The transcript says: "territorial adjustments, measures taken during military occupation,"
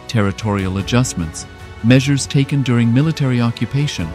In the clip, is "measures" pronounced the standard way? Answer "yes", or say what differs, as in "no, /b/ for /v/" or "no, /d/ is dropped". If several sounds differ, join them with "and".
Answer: yes